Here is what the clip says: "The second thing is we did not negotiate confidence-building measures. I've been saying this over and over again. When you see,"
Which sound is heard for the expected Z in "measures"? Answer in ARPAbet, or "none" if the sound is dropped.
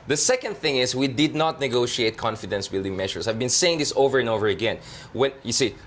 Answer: S